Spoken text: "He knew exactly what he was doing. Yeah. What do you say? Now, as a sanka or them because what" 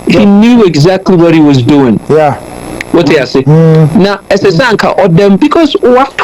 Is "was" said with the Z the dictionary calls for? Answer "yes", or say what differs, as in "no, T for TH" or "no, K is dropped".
yes